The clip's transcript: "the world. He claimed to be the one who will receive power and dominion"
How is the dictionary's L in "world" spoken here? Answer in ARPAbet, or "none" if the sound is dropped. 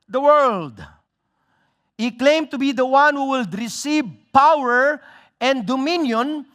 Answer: L